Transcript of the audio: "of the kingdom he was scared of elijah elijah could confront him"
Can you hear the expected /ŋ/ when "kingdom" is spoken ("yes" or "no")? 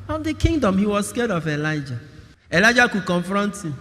yes